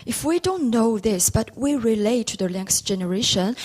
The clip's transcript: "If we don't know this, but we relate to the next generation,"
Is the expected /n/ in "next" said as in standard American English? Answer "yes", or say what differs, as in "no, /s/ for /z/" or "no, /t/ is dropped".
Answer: no, /l/ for /n/